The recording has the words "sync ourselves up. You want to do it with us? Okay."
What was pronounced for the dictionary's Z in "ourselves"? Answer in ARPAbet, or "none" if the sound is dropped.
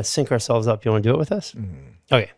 Z